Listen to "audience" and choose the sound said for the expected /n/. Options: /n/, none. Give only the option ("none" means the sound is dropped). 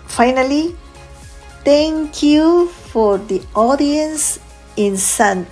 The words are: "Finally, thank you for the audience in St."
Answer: /n/